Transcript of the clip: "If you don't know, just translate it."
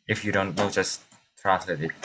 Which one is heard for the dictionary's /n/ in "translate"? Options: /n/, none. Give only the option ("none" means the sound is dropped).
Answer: none